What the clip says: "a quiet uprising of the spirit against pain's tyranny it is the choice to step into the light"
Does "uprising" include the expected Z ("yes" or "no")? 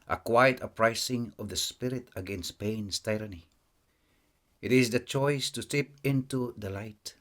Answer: no